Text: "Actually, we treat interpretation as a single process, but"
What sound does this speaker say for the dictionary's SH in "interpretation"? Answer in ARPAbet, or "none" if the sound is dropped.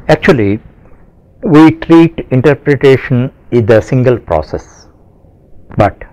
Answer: SH